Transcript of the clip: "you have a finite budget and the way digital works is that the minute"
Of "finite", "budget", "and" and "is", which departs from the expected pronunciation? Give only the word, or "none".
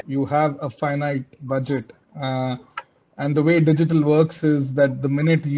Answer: none